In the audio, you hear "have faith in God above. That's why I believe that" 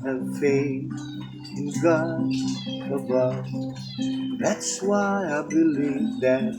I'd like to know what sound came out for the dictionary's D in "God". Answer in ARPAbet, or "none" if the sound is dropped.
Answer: none